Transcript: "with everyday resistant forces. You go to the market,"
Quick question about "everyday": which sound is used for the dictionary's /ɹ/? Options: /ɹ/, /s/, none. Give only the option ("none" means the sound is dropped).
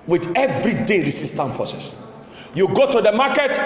/ɹ/